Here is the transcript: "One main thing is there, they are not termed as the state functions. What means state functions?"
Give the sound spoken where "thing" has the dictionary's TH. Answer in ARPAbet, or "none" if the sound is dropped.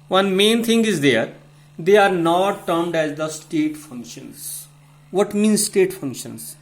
T